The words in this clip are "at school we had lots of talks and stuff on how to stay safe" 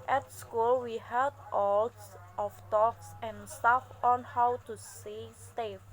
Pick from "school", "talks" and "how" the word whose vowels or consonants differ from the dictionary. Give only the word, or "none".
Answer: none